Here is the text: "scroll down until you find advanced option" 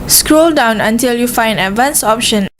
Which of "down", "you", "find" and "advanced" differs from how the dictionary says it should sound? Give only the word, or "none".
advanced